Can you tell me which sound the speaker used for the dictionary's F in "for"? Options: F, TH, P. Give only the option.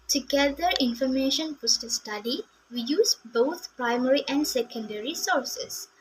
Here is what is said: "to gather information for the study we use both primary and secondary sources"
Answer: P